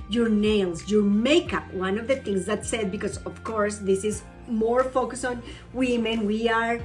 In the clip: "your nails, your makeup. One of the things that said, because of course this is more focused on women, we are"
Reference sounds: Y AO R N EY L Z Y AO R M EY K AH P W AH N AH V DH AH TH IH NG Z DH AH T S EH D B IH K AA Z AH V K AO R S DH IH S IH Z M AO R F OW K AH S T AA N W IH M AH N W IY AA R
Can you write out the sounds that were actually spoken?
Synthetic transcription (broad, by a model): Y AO R N EY L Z Y AO R M EY K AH P W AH N AH V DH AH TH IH NG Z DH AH T S EH D B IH K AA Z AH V K AO R S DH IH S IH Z M AO R F OW K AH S AA N W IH M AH N W IY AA R